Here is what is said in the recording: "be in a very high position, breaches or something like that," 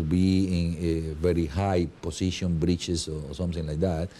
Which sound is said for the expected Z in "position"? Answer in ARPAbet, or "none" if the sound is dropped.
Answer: S